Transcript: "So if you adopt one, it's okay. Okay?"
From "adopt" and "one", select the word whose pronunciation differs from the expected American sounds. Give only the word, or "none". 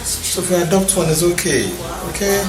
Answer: none